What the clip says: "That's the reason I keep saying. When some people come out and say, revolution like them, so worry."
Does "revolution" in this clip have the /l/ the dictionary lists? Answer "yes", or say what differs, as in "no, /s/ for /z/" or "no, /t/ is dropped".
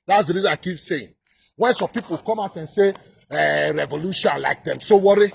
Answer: yes